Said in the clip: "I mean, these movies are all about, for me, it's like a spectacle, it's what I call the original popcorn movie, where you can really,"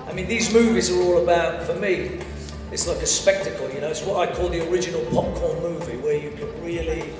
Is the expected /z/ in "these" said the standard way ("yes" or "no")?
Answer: yes